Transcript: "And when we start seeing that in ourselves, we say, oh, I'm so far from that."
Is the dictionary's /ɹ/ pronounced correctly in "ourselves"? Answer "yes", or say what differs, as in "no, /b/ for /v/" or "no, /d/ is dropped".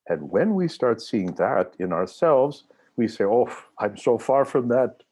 yes